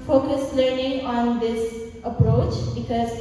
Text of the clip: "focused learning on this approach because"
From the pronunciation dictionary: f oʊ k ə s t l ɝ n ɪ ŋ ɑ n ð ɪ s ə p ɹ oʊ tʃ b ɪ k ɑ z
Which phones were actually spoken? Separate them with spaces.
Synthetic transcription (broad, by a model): f oʊ k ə s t l ɝ n ɪ ŋ ɑ n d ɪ s ə p ɹ oʊ tʃ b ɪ k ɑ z